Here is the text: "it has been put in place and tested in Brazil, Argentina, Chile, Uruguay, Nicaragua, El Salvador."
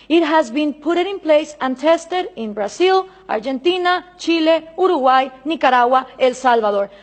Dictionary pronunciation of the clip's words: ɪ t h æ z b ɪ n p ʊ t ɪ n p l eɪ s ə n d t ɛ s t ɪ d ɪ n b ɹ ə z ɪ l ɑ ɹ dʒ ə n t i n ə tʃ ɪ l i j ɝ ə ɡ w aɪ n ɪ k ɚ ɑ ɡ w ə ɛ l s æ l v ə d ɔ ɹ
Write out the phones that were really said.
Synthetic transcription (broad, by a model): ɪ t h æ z b ɪ n p ʊ t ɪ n p l eɪ s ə n t ɛ s t ɪ d ɪ n b ɹ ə s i l ɑ ɹ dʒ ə n t i n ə tʃ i l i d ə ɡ w aɪ n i k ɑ ɑ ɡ w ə ɛ l s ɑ l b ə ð ɔ ɹ